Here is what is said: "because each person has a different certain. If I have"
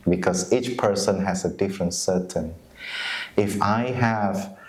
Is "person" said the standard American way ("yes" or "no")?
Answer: yes